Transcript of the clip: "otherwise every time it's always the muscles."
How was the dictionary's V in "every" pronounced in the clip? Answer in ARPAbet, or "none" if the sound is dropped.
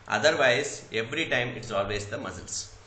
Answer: V